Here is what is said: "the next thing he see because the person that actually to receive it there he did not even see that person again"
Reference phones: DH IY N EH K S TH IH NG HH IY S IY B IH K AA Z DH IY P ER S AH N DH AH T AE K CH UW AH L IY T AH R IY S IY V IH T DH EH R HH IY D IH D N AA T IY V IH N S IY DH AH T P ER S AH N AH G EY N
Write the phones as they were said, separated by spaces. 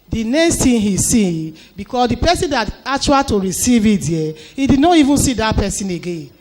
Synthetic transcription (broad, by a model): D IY N EH K S T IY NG HH IY S IY B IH K AA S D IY P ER S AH N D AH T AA K CH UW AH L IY T AH R IY S IY V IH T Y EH HH IY D IH D N AA T IY V IH N S IY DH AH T P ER S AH N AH G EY N